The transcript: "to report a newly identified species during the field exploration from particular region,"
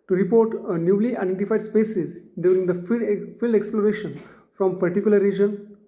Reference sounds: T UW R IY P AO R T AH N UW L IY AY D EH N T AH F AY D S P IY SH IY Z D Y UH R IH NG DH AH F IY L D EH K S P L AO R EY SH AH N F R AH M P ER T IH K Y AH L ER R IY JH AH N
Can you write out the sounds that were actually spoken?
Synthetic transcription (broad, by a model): T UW R IY P AO R T AH N UW L IY AY D EH N T AH F AY D S P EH S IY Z D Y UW R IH NG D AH F IY L D EH K S P L AO R EY SH AH N F R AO M P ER T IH K Y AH L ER R IY JH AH N